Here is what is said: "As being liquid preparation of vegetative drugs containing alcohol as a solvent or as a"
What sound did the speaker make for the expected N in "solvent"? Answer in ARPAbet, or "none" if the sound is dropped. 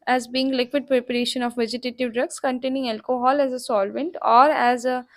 N